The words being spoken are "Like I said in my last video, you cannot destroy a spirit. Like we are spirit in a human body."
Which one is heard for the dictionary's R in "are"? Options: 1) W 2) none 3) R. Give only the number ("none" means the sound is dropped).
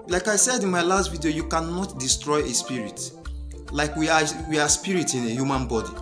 1